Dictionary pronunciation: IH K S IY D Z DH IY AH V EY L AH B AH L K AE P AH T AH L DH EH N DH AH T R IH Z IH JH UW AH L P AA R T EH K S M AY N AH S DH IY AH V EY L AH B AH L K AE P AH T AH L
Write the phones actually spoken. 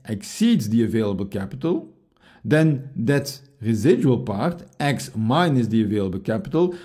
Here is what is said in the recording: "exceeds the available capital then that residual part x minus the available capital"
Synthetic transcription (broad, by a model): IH K S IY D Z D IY AH V EY L AH B AH L K AE P AH T AH L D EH N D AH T R IH Z IH JH UW AH L P AA R T EH K S M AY N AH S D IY AH V EY L AH B AH L K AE P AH T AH L